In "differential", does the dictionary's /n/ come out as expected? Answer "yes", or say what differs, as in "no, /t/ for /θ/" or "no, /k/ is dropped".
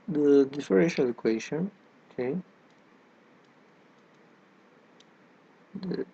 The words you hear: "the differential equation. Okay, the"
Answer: no, /n/ is dropped